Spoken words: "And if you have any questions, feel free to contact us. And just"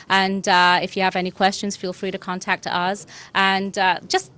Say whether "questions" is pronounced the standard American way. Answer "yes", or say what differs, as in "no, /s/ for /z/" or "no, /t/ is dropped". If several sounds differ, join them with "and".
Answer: yes